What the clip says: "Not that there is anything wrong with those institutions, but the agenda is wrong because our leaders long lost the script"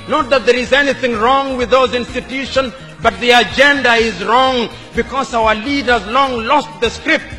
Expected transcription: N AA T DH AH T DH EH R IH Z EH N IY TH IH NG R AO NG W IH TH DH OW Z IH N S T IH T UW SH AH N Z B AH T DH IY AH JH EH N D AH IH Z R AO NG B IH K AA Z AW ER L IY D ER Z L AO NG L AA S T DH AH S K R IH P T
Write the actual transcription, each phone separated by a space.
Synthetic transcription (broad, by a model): N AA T DH AH T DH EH R IH Z EH N IY TH IH NG R AO NG W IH DH OW Z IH N S T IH T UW SH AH N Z B AH T DH IY AH JH EH N D AH IH Z R AO NG B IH K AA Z AW ER L IY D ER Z L AO NG L AA S T DH AH S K R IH P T